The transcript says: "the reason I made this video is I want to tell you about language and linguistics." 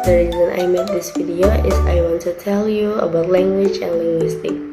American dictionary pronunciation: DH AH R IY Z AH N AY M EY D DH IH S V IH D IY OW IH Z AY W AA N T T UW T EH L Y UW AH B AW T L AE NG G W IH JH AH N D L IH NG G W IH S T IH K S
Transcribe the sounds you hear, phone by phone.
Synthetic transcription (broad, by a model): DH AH R IY Z AH N AY M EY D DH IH S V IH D IY OW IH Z AY W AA N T T UW T EH L Y UW AH B AW T L AE NG G W IH JH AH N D L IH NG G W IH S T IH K